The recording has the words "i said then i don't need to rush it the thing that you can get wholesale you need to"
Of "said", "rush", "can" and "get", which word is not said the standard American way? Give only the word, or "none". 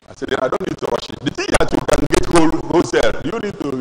rush